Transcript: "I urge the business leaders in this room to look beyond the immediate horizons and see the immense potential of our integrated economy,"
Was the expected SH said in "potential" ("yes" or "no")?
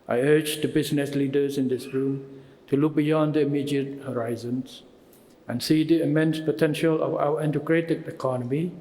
yes